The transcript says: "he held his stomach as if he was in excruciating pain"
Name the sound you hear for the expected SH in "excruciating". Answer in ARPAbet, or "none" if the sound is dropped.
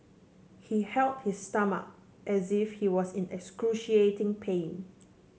SH